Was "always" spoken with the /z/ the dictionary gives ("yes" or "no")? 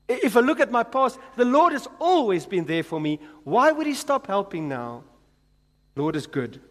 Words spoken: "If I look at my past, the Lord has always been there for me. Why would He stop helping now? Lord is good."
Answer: yes